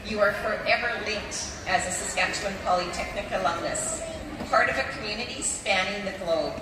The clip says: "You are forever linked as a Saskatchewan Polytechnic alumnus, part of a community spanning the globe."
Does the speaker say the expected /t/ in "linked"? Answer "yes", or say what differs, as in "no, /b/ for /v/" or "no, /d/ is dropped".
yes